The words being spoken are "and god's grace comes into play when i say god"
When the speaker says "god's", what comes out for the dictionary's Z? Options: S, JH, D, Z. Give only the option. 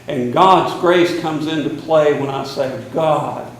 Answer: Z